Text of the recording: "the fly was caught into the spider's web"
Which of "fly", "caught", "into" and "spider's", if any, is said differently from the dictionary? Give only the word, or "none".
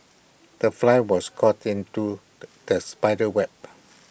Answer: spider's